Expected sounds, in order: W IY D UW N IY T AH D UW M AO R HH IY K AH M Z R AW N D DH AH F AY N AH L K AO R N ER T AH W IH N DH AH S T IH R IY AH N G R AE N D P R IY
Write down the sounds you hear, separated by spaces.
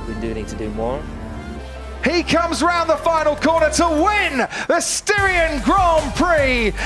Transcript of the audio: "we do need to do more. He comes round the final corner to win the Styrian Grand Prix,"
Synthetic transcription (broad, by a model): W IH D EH N IY T AH D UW M AO R HH IY K AH M Z R AW N DH AH F AY N L K AO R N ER T AH W IH N DH AH S T IH R IY AH N G R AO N P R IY